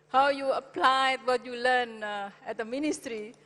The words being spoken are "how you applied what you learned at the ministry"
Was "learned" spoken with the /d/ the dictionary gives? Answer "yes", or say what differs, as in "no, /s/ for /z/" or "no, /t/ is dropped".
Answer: no, /d/ is dropped